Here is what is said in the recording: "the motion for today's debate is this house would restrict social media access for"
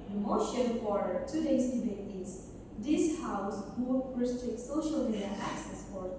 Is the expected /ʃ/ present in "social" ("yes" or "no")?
yes